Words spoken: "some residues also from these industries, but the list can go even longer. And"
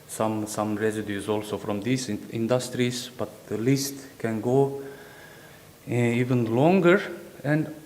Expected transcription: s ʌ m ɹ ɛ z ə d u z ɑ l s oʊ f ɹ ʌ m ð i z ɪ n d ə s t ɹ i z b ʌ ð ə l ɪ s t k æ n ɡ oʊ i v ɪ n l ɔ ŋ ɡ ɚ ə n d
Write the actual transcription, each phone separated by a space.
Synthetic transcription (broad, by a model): s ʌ m ɹ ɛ s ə d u s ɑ l s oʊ f ɹ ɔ m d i s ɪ n d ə s t ɹ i s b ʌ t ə l ɪ s t k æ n ɡ oʊ i v ɪ n l ɔ ŋ ɡ ɚ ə n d